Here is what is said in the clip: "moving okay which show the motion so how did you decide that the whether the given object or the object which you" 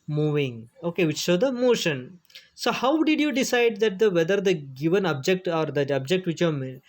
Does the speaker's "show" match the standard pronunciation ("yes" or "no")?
no